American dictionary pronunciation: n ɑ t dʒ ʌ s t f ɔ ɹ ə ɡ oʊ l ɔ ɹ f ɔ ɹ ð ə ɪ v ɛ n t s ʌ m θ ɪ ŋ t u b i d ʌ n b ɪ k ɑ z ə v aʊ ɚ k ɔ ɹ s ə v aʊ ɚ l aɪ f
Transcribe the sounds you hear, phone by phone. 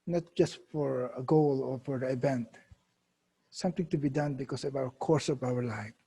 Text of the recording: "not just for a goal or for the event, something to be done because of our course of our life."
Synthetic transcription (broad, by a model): n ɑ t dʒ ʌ s t f ɔ ɹ ə ɡ oʊ l ɔ ɹ f ɔ ɹ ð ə ɪ v ɛ n t s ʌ m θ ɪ ŋ t u b i d ʌ n b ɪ k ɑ s ə v aʊ ɚ k ɔ ɹ s ə v aʊ ɚ l aɪ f